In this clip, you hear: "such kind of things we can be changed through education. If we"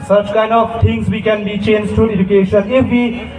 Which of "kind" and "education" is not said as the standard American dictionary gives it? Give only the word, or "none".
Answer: none